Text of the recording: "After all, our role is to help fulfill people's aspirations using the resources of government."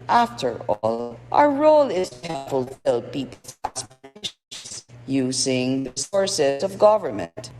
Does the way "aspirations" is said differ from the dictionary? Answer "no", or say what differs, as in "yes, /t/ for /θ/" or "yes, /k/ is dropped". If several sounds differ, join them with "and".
yes, /ʃ/ is dropped